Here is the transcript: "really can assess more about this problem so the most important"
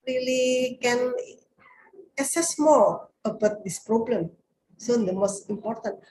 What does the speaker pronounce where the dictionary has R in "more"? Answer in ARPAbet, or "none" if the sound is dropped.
L